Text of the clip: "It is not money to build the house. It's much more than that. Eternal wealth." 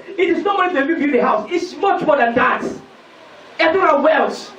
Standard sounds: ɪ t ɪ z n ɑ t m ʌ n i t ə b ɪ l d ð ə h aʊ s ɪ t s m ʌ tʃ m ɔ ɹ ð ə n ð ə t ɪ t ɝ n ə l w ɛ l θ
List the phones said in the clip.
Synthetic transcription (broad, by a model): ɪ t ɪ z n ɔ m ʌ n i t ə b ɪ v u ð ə h aʊ s ɪ t s m ʌ tʃ m ɔ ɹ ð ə n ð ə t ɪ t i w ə n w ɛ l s